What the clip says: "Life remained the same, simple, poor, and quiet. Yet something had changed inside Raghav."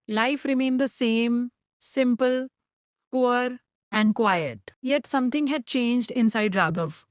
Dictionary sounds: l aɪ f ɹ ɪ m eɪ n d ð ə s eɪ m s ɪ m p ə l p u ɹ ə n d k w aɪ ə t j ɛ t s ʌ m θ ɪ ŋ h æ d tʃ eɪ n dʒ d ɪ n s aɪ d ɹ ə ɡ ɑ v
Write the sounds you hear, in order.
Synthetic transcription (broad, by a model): l aɪ f ɹ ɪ m eɪ n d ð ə s eɪ m s ɪ m p ə l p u ɹ ə n d k w aɪ ə t j ɛ t s ʌ m t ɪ ŋ h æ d tʃ eɪ n dʒ d ɪ n s aɪ d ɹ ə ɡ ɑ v